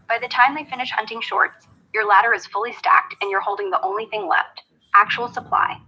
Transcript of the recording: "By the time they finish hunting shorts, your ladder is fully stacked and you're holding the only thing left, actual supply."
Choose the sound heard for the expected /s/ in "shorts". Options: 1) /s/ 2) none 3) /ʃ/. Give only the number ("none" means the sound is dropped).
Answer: 1